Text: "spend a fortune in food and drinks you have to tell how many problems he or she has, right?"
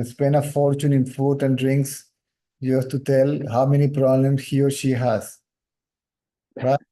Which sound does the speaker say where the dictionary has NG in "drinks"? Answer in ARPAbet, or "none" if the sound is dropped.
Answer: NG